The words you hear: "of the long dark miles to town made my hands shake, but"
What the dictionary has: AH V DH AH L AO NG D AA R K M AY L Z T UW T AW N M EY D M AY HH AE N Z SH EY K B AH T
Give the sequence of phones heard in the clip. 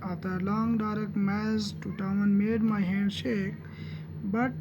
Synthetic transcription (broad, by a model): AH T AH L AO NG D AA R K M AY Z T UW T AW N M EY D M AY HH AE N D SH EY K B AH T